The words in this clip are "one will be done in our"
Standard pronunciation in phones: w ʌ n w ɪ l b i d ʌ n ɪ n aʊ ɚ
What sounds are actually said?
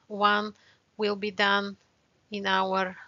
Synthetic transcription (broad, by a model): w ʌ n w ɪ l b i d ʌ n ɪ n aʊ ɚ